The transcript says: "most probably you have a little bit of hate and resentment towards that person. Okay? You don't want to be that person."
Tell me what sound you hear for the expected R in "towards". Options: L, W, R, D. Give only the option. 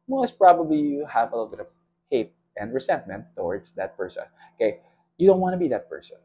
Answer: R